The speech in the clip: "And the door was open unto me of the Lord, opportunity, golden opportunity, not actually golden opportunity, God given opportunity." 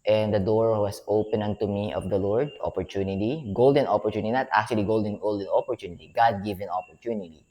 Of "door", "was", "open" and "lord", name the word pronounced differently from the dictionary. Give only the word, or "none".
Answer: was